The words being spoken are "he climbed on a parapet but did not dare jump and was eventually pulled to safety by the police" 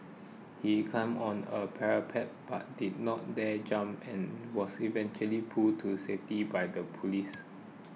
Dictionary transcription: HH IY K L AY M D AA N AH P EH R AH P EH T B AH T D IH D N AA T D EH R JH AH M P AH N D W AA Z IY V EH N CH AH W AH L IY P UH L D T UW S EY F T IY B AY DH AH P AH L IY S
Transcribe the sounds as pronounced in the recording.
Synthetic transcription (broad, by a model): HH IY K AY M AA N AH P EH R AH P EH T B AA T D IH D N AA T D EH JH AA M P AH N W AA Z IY V EH N CH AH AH L IY P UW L T UW S EY F T IY B AY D AH P AH L IY S